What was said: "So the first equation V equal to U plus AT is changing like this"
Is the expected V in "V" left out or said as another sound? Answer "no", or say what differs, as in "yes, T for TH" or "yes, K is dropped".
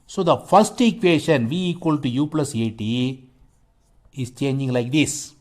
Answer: no